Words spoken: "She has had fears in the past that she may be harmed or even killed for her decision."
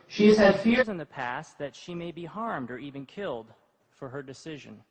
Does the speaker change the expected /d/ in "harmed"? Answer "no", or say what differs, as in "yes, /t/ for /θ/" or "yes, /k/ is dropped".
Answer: no